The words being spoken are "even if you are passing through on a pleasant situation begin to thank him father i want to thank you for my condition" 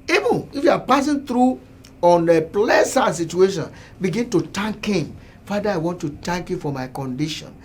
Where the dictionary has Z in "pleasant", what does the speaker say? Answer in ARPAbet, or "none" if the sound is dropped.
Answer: S